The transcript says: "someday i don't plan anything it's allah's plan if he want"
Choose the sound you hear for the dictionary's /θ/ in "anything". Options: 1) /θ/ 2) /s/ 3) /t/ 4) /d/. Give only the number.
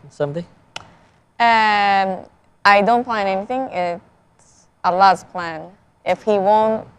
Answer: 1